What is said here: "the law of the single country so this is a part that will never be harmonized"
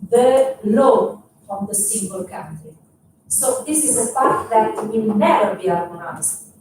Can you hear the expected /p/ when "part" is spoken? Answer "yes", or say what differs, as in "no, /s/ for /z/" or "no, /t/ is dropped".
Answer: no, /f/ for /p/